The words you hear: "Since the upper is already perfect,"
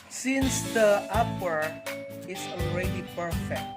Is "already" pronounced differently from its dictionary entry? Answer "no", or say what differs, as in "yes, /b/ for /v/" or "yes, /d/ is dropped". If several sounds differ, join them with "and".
no